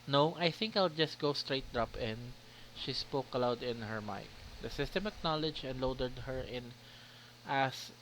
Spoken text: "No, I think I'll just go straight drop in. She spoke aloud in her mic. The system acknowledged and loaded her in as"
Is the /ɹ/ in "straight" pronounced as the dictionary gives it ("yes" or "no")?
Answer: yes